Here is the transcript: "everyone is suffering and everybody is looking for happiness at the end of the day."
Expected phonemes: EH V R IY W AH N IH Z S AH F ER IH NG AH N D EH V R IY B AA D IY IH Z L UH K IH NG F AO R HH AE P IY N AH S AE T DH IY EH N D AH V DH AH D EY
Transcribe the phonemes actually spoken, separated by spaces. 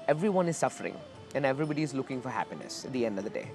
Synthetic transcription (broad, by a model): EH V R IY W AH N IH Z S AH F ER IH NG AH N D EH V R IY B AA D IY IH Z L UH K IH NG F AO R HH AE P IY N AH S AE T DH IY EH N D AH V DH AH D EY